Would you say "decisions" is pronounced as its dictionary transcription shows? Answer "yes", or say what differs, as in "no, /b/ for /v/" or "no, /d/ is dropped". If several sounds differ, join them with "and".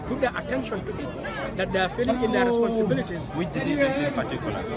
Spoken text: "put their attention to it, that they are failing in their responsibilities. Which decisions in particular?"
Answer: no, /n/ is dropped